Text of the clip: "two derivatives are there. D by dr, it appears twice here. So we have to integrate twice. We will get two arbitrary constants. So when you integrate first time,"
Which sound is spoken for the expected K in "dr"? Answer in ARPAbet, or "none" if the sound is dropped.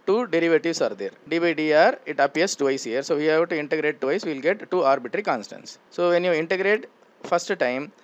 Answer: none